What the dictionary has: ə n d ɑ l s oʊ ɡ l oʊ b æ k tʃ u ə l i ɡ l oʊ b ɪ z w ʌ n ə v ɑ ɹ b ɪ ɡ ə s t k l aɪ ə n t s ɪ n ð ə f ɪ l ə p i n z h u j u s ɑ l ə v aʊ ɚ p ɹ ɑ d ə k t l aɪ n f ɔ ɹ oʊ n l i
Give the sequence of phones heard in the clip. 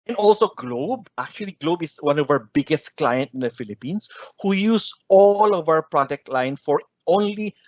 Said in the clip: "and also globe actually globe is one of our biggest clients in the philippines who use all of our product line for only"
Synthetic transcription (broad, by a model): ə n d ɑ l s oʊ ɡ l oʊ b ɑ k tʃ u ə l i ɡ l oʊ b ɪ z w ʌ n ə v ɑ ɹ b ɪ ɡ ə s t k l aɪ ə n t ɪ n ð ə f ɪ l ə p i n s h u j u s ɑ l ə v aʊ ɚ p ɹ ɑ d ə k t l aɪ n f ɔ ɹ oʊ n l i